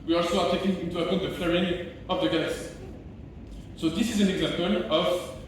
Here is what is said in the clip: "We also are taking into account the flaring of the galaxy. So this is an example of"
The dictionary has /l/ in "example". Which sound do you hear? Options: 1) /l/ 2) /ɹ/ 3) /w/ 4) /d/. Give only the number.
1